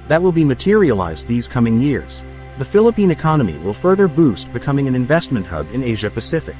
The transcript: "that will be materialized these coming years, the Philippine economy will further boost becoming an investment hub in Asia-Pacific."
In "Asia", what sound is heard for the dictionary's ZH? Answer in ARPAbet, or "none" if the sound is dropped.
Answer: ZH